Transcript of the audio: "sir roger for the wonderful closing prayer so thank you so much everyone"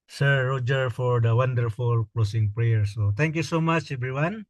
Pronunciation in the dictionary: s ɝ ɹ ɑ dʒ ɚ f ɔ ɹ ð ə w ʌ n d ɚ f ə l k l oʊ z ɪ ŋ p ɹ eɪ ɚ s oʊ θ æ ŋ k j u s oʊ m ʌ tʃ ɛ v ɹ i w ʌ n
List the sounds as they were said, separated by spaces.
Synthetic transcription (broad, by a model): s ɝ ɹ ɑ dʒ ɚ f ɔ ɹ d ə w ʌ n d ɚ f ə l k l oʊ s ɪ ŋ p ɹ eɪ ɚ s oʊ t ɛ ŋ k j u s oʊ m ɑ tʃ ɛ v ɹ i w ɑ n